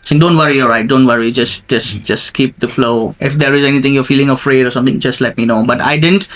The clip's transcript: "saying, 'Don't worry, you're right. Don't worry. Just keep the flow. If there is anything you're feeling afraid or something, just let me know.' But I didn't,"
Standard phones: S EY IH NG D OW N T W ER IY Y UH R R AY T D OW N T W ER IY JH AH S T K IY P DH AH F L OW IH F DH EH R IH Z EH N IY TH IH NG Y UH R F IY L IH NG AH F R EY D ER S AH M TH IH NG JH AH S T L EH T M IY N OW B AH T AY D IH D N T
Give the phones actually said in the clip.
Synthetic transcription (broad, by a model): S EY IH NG D OW N T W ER IY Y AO L R AY T D OW N T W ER IY JH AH S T K IY P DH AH F L OW IH F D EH R IH Z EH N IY T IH NG Y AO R F IY L IH NG AH F R EY D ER S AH M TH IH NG JH AH S T L EH T M IY N OW B AH T AY D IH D N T